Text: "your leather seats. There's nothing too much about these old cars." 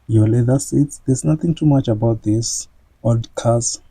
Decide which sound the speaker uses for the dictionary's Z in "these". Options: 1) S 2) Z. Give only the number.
1